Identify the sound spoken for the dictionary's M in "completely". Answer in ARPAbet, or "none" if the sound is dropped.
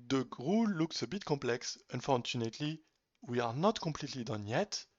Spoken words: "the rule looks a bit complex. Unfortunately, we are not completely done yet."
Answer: M